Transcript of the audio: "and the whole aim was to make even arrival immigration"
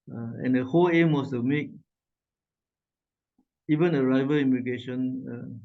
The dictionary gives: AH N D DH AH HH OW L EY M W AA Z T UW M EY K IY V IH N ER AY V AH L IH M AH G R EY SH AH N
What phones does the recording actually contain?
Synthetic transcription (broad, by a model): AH N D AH HH OW L EY M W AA S T UW M EY K IY V IH N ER AY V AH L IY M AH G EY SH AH N